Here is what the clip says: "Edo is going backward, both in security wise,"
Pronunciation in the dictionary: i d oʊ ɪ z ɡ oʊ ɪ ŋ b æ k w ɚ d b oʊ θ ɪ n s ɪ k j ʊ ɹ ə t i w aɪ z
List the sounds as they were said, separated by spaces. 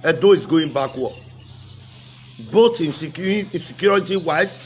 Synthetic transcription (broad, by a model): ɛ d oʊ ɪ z ɡ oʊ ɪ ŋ b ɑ k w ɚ b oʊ t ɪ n s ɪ k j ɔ ɹ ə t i w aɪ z